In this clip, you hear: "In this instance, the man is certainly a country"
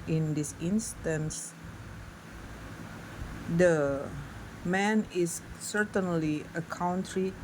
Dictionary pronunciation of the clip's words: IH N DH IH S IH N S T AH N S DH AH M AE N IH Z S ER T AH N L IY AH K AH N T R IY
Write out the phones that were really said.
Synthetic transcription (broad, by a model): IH N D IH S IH N S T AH N S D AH M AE N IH S ER T AH N L IY AH K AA N T R IY